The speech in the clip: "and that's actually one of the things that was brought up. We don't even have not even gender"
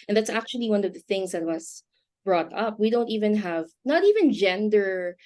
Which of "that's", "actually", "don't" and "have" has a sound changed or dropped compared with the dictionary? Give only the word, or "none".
none